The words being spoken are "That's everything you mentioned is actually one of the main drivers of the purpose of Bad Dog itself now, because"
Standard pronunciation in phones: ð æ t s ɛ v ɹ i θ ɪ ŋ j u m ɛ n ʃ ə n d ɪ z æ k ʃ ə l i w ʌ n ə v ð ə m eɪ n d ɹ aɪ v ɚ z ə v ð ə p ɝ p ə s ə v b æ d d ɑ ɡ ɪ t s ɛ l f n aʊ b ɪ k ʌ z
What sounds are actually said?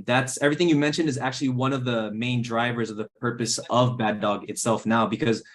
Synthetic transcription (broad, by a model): ð æ t s ɛ v ɹ i θ ɪ ŋ j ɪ m ɛ n ʃ ə n d ɪ z æ k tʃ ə l i w ʌ n ə v ð ə m eɪ n d ɹ aɪ v ɚ z ə v ð ə p ɝ p ə s ə v b æ d d ɑ ɡ ɪ t s ɛ l f n aʊ b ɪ k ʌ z